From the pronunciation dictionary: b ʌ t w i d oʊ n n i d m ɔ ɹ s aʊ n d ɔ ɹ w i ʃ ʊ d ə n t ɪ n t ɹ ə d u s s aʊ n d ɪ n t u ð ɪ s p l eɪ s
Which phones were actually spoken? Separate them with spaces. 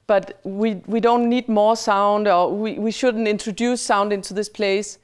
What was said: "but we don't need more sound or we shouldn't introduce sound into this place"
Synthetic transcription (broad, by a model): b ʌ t w i d oʊ n n i d m ɔ ɹ s aʊ n d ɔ w w i ʃ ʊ d n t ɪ n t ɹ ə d u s s aʊ n d ɪ n t u ð ɪ s p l eɪ s